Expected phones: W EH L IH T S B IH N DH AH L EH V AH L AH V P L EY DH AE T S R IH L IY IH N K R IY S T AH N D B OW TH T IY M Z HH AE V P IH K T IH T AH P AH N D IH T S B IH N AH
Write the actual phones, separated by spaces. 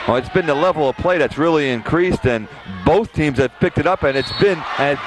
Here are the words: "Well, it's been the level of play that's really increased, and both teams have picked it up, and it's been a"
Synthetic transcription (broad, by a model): IH T S B IH N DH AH L EH V L AH V P L EY DH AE T S R IH L IY IH N K R IY S T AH N B OW TH T IY M Z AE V P IH K T IH T AH P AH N IH T S B IH N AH